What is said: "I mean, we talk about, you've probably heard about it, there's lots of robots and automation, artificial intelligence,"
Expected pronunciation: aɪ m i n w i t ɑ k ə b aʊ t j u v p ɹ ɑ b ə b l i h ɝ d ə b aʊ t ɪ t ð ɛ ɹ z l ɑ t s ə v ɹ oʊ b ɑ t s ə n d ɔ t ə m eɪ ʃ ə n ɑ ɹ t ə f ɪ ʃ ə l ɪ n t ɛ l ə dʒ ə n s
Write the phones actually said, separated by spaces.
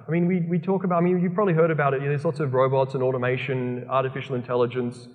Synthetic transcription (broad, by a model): aɪ m i n w i t ɑ k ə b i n j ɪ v p ɹ ɑ b ə b l i h ɝ d ə b aʊ t ɪ t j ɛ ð z l ɑ t s ə v ɹ oʊ b ɑ t s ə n ɔ t ə m eɪ ʃ ə n ɑ ɹ t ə f ɪ ʃ l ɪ n t ɛ l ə dʒ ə n s